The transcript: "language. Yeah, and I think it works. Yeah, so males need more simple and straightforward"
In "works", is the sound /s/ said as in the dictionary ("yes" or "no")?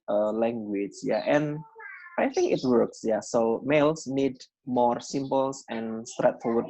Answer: yes